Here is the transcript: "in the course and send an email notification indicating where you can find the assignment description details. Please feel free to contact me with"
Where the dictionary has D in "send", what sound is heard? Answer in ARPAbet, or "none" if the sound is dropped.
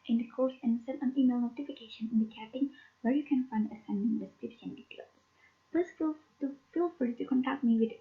none